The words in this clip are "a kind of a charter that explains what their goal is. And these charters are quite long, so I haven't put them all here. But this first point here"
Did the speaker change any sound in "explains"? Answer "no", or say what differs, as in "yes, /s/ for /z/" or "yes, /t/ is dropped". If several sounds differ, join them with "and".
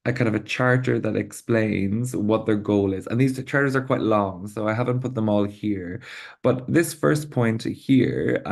no